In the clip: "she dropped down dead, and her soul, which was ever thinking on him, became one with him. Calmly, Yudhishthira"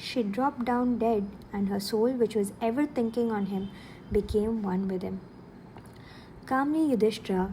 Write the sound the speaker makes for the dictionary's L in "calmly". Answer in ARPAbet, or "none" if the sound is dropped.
N